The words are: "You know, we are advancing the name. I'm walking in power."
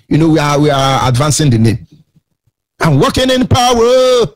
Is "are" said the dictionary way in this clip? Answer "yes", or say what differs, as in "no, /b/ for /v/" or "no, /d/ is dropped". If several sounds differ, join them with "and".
no, /w/ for /ɹ/